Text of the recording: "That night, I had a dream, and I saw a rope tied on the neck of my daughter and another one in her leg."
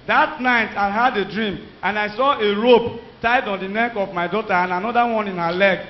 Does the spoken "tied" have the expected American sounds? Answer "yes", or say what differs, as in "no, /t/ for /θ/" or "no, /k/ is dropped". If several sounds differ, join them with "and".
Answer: yes